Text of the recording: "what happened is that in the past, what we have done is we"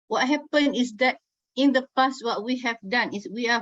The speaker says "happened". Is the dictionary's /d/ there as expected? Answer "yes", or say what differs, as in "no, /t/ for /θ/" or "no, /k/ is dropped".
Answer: no, /d/ is dropped